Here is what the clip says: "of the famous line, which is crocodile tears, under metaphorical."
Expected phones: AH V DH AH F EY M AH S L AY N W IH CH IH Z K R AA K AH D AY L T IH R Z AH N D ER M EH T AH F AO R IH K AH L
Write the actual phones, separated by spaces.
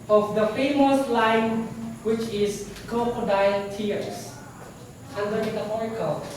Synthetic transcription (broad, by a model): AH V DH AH F EY M AH S L AY N W IH CH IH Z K AA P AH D AY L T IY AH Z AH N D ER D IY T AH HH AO R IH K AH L